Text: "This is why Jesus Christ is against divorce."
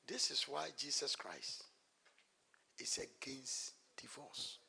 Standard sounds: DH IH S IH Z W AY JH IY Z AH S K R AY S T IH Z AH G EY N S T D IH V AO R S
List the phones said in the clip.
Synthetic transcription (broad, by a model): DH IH S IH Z W AY JH IY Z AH S K R AY S T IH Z AH G EY N S T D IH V AO S